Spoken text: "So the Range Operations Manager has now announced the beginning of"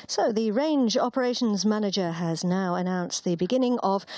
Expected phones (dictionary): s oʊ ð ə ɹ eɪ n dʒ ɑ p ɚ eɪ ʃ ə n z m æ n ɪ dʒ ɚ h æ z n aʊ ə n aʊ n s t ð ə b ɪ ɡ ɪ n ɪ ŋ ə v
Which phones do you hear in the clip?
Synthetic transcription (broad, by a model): s oʊ ð ə ɹ eɪ n dʒ ɑ p ɚ eɪ ʃ ə n z m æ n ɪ dʒ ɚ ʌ z n aʊ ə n aʊ n s ð ə b ɪ ɡ ɪ n ɪ ŋ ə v